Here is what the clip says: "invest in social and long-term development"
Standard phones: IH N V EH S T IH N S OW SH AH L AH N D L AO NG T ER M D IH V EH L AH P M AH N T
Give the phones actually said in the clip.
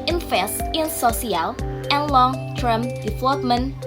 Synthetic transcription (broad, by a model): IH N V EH S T IH N S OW S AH L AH N L AO NG T ER M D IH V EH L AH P M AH N